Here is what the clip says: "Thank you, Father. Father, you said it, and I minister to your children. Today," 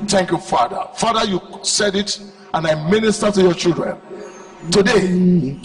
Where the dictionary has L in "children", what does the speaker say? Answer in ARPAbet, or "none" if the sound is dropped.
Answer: L